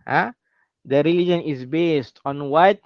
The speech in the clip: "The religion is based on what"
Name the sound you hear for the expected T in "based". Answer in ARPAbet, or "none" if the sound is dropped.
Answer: T